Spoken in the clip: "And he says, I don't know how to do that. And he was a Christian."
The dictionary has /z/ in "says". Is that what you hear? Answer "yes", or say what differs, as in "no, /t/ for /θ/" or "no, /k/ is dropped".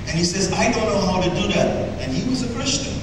yes